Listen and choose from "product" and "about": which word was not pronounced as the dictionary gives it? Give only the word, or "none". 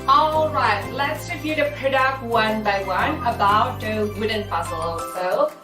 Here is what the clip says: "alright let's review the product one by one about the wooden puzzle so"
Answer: product